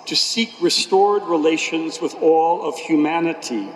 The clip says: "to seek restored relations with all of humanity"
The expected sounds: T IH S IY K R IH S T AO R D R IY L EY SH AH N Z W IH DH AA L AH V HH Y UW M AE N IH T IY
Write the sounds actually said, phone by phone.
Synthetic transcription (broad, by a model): T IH S IY K R IH S T AO R D R IY L EY SH AH N Z W IH DH AA L AH V HH Y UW M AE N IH T IY